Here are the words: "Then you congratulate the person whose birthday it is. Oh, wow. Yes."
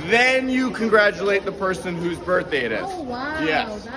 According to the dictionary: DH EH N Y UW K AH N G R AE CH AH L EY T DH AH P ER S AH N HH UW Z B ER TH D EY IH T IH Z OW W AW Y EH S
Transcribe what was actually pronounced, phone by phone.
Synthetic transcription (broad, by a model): DH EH N Y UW K AH N G R AE CH AH L EY T DH AH P ER S AH N HH UW Z B ER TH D EY IH T IH Z Y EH S